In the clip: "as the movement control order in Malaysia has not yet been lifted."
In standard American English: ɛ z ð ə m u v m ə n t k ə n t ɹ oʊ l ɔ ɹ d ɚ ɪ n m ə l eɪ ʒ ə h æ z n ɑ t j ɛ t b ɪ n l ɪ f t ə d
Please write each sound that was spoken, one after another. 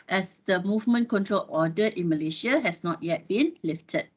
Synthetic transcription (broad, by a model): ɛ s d ə m u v m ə n k ə n t ɹ oʊ l ɔ d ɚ ɪ n m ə l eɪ ʃ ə h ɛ s n ɑ t j ɛ t b ɪ n l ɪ f t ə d